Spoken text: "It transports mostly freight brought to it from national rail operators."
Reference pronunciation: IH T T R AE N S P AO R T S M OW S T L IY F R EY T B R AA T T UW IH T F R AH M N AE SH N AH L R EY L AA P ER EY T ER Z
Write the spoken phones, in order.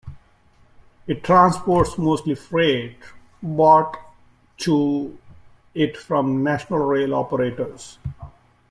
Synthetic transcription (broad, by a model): IH T T R AE N S P AO R T S M OW S T L IY F R EY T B AA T T UW IH T F R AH M N AE SH N AH L R EY L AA P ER EY T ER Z